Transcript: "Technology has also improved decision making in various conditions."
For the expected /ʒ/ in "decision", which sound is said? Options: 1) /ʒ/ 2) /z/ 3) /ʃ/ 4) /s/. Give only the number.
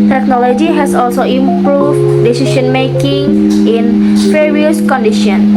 3